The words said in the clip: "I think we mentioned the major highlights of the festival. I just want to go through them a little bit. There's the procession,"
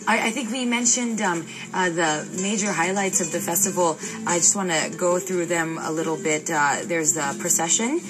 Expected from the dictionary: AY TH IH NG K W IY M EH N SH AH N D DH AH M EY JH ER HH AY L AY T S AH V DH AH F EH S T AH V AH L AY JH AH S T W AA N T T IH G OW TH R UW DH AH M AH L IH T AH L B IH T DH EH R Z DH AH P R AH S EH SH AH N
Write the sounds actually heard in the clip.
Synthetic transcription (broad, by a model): AY TH IH NG K W IY M EH N SH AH N D DH AH M EY JH ER HH AY L AY T S AH V DH AH F EH S T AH V L AY JH AH S T W AA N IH G OW TH R UW DH AH M AH L IH T L B IH T DH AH R Z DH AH P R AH S EH SH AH N